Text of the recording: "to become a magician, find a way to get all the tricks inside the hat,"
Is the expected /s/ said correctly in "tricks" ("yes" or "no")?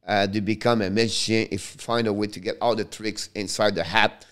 yes